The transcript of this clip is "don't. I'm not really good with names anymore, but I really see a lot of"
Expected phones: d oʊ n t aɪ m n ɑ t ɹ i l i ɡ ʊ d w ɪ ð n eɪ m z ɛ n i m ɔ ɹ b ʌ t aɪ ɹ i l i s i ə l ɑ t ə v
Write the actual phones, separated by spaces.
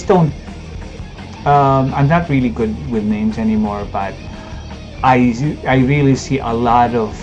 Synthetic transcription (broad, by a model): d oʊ n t aɪ m n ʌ t ɹ i l i ɡ ʊ d w ɪ ð n eɪ m z ɛ n i m ɔ ɹ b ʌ t aɪ ɹ i l i s i ə l ɑ t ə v